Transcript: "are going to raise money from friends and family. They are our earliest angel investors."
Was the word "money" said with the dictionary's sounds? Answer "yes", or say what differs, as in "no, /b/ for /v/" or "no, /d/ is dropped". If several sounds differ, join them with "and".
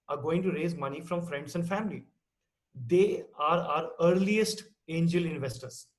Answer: yes